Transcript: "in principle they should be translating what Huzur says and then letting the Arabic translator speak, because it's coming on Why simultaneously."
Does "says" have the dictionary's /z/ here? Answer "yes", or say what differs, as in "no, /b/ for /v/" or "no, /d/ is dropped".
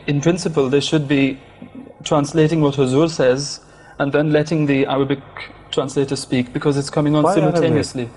yes